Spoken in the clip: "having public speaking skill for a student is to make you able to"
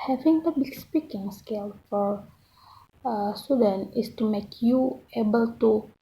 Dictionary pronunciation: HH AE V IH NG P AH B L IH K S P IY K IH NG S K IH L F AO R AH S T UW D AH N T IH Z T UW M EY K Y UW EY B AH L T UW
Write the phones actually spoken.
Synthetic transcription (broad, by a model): HH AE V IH NG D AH B IH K S P IY K IH NG S K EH L F AO R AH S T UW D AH N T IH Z T UW M EY K Y UW EY B AH L T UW